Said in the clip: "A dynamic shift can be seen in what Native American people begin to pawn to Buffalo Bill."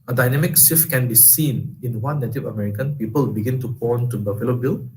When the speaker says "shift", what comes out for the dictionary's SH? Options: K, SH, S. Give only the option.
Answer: S